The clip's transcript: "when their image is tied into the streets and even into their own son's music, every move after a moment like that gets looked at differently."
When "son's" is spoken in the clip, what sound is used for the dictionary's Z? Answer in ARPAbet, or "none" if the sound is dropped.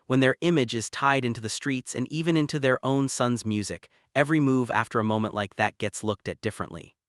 Z